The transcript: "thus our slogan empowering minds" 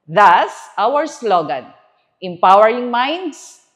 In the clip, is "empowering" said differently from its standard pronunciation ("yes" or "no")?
no